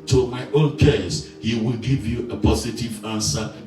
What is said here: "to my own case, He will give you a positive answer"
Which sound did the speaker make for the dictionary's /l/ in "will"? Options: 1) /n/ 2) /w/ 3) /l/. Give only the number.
3